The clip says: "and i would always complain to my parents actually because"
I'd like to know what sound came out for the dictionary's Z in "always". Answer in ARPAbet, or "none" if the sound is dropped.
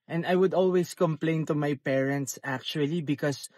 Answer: S